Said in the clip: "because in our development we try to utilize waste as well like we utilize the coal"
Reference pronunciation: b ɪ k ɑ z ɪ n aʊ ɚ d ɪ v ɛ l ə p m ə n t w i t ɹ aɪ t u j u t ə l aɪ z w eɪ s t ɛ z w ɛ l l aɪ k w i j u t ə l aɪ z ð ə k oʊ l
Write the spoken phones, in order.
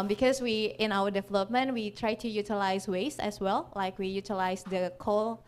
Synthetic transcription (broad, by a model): b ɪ k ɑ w ɪ n aʊ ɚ d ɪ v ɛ l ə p m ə n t w i t ɹ aɪ t u j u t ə l aɪ s w eɪ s ɛ s w ɛ l l aɪ k w i j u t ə l aɪ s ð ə k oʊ l